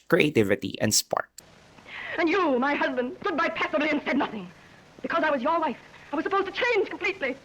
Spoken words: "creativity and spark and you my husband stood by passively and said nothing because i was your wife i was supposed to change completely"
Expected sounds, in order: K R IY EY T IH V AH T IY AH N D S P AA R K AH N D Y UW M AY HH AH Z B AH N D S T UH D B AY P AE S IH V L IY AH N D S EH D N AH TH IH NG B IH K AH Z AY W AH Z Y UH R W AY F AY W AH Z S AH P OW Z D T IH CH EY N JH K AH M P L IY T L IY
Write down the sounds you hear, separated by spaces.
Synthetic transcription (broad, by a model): K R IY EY T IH V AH T IY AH N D S P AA R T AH N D Y UW M AY HH AH Z B AH N D S T UH D B AY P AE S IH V L IY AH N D S EH D N AH TH IH NG B IH K AH Z AY W AH Z Y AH R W AY F AY W AH Z S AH P OW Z T IH CH EY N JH K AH M P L IY T L IY